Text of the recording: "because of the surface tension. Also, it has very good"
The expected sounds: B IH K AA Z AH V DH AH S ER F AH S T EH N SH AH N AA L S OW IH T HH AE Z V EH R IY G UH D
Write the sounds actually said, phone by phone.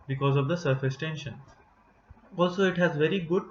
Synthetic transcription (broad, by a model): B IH K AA Z AH V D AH S ER F AH S T EH N SH AH N AA L S OW IH T HH AE Z V EH R IY G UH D